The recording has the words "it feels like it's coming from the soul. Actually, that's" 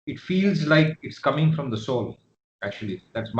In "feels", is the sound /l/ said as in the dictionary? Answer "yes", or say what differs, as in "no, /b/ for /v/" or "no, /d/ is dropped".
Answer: yes